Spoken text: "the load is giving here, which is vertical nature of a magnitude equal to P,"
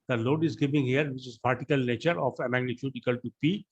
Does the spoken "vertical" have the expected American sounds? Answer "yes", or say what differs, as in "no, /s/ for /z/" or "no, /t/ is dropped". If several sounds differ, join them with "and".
no, /p/ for /v/